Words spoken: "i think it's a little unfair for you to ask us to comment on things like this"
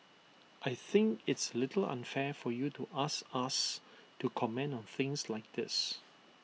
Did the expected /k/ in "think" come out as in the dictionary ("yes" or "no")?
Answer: yes